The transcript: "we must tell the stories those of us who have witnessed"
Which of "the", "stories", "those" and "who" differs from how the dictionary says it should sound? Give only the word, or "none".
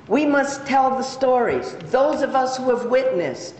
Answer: none